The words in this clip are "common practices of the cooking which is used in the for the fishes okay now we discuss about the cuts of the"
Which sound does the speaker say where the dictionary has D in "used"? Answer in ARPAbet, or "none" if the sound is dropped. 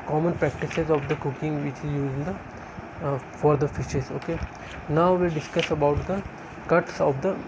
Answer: none